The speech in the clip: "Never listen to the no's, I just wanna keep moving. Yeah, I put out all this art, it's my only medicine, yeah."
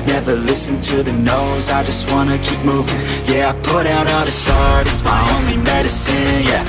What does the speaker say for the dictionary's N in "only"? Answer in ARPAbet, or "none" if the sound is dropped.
N